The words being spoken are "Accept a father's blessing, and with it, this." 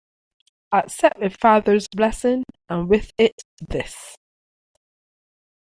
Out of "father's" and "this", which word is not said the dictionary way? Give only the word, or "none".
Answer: none